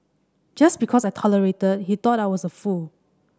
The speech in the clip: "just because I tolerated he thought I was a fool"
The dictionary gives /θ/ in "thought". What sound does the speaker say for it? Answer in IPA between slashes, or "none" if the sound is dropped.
/t/